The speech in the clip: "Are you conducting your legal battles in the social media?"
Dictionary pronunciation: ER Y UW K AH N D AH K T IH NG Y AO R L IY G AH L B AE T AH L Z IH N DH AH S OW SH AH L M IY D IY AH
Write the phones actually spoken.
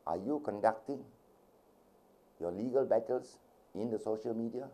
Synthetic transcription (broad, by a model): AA Y UW K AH N D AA K T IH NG Y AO L IY G AH L B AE T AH L S IH N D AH S OW SH AH L M IY D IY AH